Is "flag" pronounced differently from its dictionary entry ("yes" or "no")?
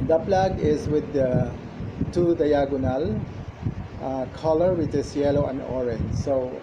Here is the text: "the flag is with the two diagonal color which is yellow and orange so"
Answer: yes